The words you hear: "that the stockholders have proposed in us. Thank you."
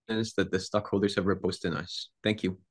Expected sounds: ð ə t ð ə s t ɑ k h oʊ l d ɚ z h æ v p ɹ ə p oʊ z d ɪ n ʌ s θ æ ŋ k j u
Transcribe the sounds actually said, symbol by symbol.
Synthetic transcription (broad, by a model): ð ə t ð ə s t ɑ k h oʊ l d ɚ z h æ v ɹ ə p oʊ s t ɪ n ʌ s θ æ ŋ k j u